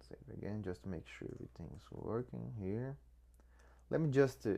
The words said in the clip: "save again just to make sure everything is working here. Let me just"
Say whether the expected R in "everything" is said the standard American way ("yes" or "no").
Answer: no